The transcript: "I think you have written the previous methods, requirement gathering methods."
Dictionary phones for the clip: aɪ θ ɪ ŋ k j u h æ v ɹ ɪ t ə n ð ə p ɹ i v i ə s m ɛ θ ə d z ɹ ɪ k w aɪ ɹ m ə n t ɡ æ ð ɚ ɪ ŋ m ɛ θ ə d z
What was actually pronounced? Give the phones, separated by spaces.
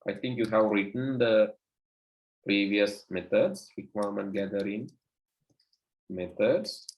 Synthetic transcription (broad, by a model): aɪ t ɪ ŋ k j u h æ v ɹ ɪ t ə n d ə p ɹ i v i ə s m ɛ t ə d s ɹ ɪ k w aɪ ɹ m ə n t ɡ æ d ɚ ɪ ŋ m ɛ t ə d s